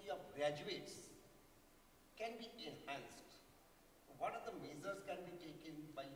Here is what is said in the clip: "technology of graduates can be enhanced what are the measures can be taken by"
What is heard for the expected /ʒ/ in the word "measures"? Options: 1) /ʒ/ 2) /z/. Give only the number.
2